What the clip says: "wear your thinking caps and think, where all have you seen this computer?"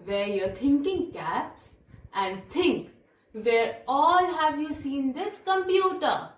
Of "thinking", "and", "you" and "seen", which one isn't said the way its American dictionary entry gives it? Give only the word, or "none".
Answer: thinking